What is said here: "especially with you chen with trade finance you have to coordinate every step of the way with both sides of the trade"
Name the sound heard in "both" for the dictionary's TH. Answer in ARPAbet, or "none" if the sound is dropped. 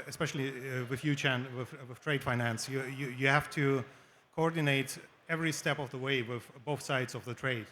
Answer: TH